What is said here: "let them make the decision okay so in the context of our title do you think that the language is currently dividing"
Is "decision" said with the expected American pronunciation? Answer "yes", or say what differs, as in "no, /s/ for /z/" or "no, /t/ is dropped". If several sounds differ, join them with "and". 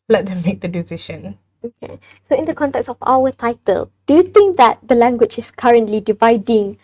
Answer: no, /ʃ/ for /ʒ/